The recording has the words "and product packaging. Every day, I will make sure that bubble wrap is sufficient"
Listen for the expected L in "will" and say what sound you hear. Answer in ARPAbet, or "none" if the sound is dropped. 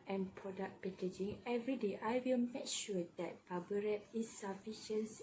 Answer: L